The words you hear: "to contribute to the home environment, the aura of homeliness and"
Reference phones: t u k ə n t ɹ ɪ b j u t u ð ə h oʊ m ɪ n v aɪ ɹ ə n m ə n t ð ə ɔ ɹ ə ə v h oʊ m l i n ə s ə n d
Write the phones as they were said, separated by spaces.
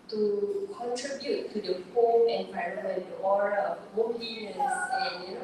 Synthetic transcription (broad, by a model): t u k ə n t ɹ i b j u t u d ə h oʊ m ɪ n p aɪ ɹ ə m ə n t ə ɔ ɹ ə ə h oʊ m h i ə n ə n